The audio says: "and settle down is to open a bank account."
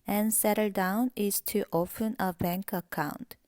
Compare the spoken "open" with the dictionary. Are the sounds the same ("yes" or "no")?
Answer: no